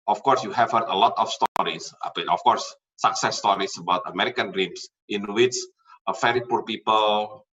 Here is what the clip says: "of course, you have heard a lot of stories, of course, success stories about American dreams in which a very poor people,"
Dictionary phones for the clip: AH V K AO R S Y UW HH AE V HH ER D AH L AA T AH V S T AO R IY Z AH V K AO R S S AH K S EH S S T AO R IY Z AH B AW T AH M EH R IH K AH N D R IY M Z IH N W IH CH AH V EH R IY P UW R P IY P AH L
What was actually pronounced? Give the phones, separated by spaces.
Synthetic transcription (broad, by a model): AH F K AO R S Y UW HH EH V HH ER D AH L AA T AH F S T AO R IY S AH F K AO R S S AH K S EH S S T AO R IY S AH B AW T AH M EH R IH K AH N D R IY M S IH N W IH S AH F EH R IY P UW R P IY P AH L